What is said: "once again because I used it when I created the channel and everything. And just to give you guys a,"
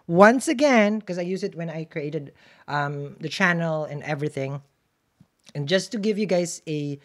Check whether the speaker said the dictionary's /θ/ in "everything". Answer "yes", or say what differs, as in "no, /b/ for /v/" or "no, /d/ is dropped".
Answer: yes